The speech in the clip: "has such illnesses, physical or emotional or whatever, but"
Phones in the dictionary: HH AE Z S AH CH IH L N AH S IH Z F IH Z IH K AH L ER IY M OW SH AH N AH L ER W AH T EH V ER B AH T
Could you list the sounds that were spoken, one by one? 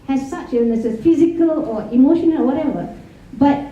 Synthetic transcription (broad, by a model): HH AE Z S AH CH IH N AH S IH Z F IH Z IH K AH L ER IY M OW SH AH N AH L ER W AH T EH V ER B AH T